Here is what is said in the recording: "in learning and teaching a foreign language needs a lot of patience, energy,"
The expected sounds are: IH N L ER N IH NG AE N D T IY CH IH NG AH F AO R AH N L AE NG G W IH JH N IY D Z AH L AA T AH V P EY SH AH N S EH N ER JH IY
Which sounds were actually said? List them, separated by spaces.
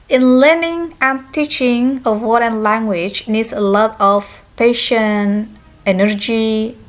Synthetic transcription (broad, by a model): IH N L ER N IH NG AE N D T IY CH IH NG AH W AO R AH N L AE NG G W IH JH N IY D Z AH L AA T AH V P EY SH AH N EH N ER JH IY